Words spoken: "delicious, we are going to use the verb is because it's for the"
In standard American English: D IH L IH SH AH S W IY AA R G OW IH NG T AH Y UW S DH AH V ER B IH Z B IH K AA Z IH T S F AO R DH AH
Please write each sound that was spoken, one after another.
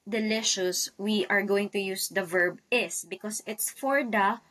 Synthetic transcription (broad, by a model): D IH L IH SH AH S W IY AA R G OW IH NG T AH Y UW S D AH V ER B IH S B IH K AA S IH T S F AO R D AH